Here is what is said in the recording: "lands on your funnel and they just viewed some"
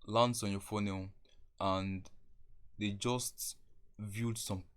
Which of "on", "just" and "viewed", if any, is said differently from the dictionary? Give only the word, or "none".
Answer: none